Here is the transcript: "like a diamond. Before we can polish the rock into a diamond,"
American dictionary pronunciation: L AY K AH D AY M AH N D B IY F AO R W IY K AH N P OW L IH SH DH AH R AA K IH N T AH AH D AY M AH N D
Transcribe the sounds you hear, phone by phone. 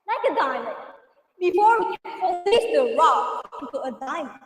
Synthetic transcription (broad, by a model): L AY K AH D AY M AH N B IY F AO R W IY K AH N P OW IH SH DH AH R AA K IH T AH AH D AY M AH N